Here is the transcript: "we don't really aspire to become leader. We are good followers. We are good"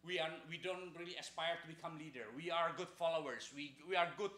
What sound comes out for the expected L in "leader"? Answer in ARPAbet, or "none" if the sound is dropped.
L